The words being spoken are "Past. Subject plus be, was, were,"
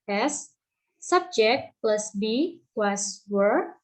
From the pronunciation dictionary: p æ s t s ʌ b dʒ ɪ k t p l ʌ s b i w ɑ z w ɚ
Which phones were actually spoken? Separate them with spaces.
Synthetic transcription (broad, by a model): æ s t s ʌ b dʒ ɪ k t p l ʌ s b i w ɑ s w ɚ